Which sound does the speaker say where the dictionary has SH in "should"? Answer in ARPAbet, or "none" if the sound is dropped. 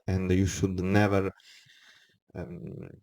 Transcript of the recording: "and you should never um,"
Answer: SH